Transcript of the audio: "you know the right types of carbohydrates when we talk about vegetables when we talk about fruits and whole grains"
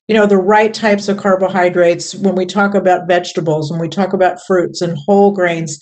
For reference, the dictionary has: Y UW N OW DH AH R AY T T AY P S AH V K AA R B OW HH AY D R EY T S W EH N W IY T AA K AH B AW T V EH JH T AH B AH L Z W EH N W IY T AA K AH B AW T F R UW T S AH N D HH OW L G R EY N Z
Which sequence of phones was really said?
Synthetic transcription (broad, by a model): Y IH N OW DH AH R AY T T AY P S AH V K AA R B OW HH AY D R EY T S W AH N W IY T AA K AH B AW T V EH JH T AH B L Z W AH N W IY T AA K AH B AW T F R UW T S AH N HH OW L G R EY N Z